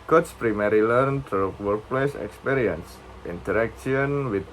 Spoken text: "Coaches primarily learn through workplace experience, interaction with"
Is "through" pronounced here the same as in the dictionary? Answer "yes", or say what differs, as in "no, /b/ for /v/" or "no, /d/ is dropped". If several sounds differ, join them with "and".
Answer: no, /t/ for /θ/